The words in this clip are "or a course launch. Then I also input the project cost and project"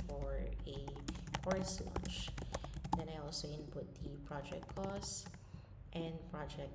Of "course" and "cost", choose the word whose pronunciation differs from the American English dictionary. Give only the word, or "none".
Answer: none